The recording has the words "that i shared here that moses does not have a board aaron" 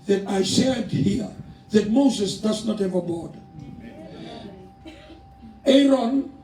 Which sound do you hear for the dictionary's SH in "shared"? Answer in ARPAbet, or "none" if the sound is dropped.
S